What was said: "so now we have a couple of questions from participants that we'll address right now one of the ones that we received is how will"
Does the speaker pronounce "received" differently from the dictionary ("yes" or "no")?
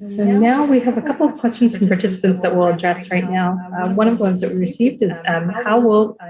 no